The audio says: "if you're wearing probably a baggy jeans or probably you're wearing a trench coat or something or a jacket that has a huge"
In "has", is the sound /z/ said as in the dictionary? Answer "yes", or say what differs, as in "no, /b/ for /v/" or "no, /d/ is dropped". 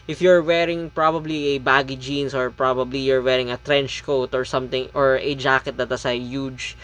no, /s/ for /z/